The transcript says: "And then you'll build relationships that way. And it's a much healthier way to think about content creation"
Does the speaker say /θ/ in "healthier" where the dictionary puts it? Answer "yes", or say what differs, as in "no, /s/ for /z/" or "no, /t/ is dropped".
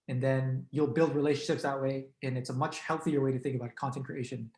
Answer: yes